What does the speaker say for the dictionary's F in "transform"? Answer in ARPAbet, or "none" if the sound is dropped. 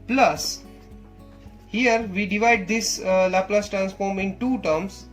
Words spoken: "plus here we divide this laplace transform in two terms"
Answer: F